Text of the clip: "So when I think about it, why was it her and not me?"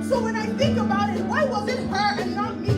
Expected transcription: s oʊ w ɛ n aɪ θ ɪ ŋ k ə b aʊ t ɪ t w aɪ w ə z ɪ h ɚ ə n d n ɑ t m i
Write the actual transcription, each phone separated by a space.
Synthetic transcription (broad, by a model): s oʊ w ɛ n aɪ θ ɪ ŋ k ə b aʊ t ɪ t w aɪ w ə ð ɪ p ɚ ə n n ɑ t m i